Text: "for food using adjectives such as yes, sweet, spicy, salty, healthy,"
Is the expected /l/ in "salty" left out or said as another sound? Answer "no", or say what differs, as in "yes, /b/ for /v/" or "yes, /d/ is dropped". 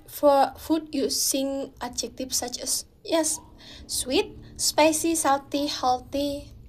yes, /w/ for /l/